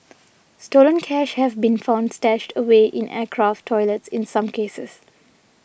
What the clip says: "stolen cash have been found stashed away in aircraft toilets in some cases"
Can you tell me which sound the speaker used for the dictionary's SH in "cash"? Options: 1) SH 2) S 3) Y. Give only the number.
1